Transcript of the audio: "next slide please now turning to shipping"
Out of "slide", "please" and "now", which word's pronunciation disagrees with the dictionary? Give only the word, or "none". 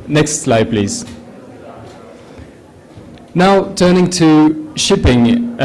none